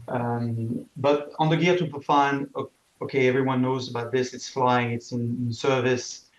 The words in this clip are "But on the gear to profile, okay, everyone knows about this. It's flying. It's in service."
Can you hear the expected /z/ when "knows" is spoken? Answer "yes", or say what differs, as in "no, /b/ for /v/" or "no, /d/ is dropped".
yes